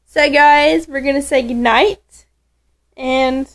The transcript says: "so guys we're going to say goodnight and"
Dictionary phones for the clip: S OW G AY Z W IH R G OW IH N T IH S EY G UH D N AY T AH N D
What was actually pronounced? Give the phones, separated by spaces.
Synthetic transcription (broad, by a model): S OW G AY Z W IH R G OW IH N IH S EY G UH D N AY T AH N